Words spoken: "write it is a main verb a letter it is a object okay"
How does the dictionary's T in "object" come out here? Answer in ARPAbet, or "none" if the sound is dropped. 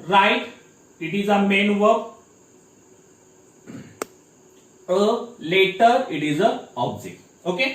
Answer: none